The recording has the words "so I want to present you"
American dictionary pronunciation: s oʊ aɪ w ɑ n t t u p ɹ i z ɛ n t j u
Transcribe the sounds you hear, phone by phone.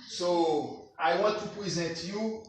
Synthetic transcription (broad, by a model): s oʊ aɪ w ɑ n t t u p ɹ i z ɛ n t j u